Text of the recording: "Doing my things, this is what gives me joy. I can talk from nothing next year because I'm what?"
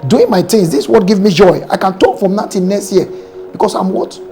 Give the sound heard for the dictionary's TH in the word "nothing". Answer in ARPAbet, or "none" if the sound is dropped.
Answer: T